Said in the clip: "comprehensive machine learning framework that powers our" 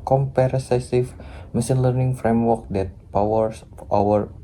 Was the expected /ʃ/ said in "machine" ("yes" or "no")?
no